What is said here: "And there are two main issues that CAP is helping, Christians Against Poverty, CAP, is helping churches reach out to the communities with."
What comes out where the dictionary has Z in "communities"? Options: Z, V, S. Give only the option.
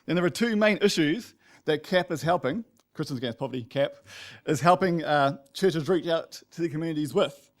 Z